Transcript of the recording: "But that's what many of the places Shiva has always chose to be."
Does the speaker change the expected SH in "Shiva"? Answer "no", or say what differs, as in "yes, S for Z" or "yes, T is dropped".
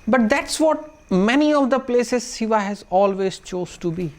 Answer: yes, S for SH